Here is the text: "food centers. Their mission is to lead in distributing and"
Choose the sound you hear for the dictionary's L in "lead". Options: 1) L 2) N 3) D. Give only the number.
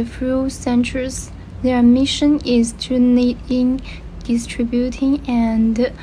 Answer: 2